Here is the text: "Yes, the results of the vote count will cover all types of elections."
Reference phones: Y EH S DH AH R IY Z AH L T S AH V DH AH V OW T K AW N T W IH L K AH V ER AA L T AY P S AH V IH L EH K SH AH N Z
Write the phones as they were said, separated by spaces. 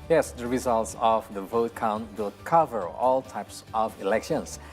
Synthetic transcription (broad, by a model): Y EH S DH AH R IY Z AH L T S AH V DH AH V OW T K AW N T W IH L K AH V ER AA L T AY P S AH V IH L EH K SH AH N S